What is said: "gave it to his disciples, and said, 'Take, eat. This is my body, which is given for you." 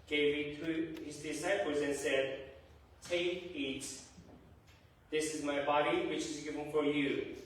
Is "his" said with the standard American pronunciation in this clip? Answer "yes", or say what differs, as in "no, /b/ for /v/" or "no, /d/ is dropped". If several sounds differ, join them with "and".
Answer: yes